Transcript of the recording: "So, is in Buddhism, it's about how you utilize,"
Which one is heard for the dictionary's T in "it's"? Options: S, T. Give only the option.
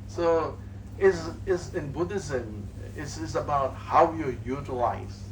S